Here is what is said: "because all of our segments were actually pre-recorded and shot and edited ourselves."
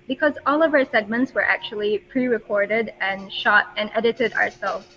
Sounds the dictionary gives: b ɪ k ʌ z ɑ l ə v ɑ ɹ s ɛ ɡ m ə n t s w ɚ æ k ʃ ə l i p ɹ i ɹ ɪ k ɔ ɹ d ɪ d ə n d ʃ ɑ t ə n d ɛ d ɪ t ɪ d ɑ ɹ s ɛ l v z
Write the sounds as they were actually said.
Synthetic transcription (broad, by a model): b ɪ k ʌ z ɑ l ə v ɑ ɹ s ɛ ɡ m ə n t s w ɚ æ k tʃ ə l i p ɹ i ɹ ɪ k ɔ ɹ d ɪ d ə n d ʃ ɑ t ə n ɛ d ɪ t ɪ d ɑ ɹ s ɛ l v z